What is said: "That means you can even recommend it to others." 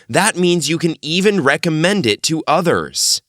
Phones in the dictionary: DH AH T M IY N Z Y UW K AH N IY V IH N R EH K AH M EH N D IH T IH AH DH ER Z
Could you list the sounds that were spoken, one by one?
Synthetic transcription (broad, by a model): DH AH T M IY N Z Y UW K AH N IY V IH N R EH K AH M EH N D IH T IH AH DH ER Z